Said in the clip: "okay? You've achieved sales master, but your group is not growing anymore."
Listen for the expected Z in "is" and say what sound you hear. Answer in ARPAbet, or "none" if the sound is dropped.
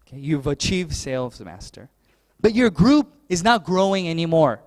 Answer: Z